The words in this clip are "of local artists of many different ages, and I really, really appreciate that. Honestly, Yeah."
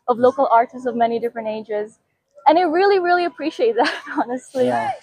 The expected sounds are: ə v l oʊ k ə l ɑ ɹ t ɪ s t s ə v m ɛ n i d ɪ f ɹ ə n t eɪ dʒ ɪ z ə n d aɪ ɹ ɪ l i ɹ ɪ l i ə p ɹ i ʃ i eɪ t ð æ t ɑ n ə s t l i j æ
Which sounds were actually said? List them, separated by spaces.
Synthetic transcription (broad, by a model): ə v l oʊ k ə l ɑ ɹ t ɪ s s ə v m ɛ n i d ɪ f ɹ ə n t eɪ dʒ ɪ z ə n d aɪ ɹ ɪ l i ɹ ɪ l i ə p ɹ i ʃ i eɪ t ð æ t ɑ n ə s t l i